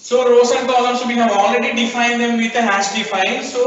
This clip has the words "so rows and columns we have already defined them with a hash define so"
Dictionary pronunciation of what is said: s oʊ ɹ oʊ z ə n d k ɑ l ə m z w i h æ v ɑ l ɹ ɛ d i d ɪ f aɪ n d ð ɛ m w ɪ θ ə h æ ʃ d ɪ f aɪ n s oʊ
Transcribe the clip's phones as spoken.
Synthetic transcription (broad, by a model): s oʊ ɹ oʊ s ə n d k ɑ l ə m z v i h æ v ɑ l ɹ ɛ d i d ɪ f aɪ n d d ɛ m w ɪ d ə h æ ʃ d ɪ f aɪ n s oʊ